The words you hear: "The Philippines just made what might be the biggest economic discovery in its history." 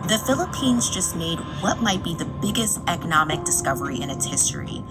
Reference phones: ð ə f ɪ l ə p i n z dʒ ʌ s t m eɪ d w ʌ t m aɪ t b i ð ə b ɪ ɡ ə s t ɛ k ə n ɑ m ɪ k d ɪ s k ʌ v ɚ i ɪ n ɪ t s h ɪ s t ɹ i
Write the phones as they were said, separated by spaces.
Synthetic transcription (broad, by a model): ð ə f ɪ l ə p i n z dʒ ʌ s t m eɪ d w ʌ t m aɪ t b i ð ə b ɪ ɡ ə s t ɛ k ə n ɑ m ɪ k d ɪ s k ʌ v ɚ i ɪ n ɪ t s h ɪ s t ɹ i